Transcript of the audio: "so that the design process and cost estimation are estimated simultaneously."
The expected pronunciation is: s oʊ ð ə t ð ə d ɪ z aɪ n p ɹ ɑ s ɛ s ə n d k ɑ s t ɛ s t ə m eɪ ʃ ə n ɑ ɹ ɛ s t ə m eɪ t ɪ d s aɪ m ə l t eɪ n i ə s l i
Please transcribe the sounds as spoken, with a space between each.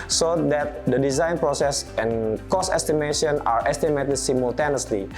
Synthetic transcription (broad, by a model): s oʊ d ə t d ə d ɪ z aɪ n p ɹ ɑ s ɛ s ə n k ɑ s ɛ s t ə m eɪ ʃ ə n ɑ ɹ ɛ s t ə m eɪ t ɪ d s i m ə l t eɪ n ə s l i